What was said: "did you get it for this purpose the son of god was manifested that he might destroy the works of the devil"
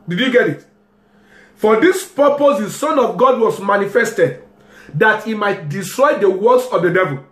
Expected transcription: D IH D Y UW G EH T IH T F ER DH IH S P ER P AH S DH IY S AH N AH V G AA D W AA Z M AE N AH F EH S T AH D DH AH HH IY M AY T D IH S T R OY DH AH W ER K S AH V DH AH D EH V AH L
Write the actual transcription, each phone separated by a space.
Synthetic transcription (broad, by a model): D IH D Y UW G EH T IH T F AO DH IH S P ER P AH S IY S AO N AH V G AA D W AA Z M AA N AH F EH S T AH D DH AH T IY M AY T D IH S T R OY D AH W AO S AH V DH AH D EH V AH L